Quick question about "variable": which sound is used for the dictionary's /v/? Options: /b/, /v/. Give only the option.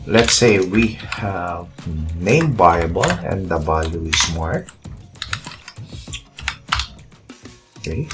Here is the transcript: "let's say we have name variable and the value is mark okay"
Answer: /b/